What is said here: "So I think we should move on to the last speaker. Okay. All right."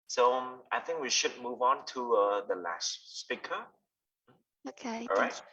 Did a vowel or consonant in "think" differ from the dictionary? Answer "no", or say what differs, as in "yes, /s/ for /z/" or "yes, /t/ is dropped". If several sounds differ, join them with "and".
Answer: no